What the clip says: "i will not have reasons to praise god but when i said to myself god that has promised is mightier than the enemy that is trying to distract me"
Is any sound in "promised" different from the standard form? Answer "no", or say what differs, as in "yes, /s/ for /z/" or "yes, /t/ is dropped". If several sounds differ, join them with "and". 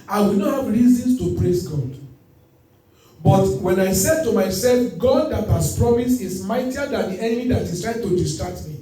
yes, /t/ is dropped